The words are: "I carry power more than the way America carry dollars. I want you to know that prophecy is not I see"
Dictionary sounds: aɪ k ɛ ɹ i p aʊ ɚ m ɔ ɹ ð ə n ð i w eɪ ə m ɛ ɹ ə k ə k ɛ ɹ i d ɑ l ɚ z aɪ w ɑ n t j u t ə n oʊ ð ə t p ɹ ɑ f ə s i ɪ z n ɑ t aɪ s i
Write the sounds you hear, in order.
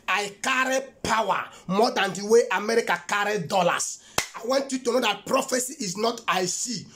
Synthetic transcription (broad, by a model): aɪ k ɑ ɹ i p aʊ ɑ m ɔ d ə n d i w eɪ ə m ɛ ɹ ə k ə k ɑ ɹ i d ɑ l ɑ s aɪ w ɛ n t j u t ə n oʊ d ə t p ɹ ɑ f ə s i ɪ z n ɑ t aɪ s i